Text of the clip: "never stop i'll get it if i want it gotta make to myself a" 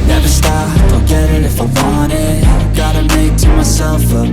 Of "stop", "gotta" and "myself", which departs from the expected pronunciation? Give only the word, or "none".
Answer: stop